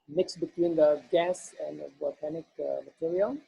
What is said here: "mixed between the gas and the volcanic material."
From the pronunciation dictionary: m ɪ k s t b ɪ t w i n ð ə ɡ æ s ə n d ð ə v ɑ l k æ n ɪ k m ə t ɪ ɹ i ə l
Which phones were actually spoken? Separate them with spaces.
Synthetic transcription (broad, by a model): m ɪ k s b ɪ t w i n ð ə ɡ æ s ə n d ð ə b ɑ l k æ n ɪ k m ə t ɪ ɹ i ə l